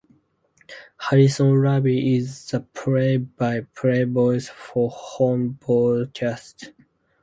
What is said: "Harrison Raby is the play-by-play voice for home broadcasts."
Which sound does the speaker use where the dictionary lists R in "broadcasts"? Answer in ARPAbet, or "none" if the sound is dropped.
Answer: none